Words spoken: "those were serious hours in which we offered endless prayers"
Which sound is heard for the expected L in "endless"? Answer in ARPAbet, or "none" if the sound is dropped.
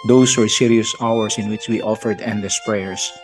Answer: none